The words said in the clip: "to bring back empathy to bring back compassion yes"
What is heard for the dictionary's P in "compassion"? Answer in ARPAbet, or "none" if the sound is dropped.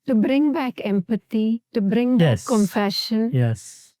F